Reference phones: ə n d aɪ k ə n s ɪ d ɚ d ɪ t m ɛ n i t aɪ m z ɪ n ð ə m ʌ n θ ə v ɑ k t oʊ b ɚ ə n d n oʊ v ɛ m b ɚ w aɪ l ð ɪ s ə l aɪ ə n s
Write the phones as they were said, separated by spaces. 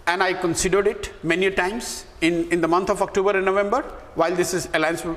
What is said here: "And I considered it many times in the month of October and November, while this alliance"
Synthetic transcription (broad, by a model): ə n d aɪ k ə n s ɪ d ɚ d ɪ t m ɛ n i t aɪ m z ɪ n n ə m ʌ n t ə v ɑ k t oʊ b ɚ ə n n oʊ v ɛ m b ɚ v aɪ l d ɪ s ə l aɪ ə n s